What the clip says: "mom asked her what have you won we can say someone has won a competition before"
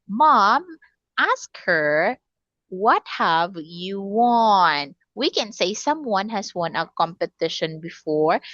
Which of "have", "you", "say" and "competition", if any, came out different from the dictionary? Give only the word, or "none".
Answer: none